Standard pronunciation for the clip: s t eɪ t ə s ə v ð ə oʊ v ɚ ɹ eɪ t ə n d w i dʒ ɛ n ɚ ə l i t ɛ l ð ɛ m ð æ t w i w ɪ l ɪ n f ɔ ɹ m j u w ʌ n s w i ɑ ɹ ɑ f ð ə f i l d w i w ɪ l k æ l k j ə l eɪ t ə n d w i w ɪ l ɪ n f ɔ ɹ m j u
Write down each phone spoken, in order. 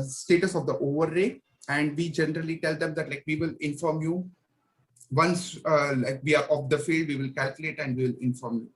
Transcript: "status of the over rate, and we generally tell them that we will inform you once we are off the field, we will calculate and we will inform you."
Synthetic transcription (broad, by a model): s t eɪ t ə s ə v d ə oʊ v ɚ ɹ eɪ ə n d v i dʒ ɛ n ɚ ə l i t ɛ l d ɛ m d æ t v i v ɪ l ɪ n f ɔ ɹ m j u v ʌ n s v i ɑ ɹ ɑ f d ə f i l d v i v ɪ l k æ l k j ə l eɪ t ə n d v i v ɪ l ɪ n f ɔ ɹ m j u